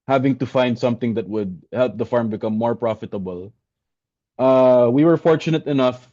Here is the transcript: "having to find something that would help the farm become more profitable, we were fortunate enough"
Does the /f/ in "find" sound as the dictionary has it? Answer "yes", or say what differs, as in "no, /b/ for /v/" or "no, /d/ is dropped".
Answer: yes